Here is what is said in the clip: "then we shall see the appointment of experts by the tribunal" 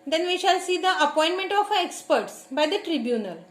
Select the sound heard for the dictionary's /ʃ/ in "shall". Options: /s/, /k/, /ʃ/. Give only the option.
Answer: /ʃ/